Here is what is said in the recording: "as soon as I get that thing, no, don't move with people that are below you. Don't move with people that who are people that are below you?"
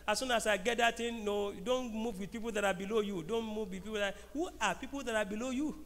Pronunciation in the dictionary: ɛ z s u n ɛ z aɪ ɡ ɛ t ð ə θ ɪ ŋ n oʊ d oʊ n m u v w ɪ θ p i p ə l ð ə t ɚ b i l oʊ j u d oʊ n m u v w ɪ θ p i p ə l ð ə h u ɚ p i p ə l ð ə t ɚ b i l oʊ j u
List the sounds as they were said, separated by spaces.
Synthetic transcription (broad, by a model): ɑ s u n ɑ s aɪ ɡ ɛ t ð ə t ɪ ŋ n oʊ d oʊ n m u v w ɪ p i p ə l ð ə t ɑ b i l oʊ j u d oʊ n m u v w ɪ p i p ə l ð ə h u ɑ p i p ə l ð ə t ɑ b i l oʊ j u